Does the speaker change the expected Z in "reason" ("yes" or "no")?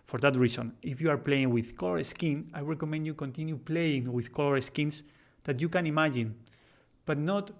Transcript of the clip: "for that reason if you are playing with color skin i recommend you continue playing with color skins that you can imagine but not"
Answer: yes